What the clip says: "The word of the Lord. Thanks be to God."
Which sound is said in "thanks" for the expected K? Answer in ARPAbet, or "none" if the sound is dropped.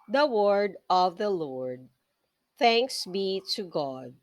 K